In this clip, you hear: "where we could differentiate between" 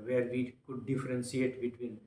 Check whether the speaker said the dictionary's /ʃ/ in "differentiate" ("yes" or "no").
no